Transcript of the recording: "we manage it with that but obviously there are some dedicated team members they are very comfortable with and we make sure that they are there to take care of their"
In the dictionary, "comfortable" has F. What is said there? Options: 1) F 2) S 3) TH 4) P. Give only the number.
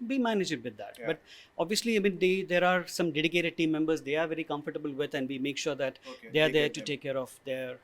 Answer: 1